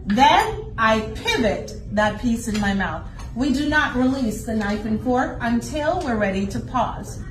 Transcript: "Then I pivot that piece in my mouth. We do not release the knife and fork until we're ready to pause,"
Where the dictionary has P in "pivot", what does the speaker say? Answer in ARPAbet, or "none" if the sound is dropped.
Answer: P